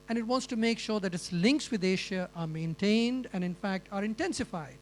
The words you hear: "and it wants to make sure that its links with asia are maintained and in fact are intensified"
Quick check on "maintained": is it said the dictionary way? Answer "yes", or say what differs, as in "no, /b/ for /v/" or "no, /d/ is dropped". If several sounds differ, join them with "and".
yes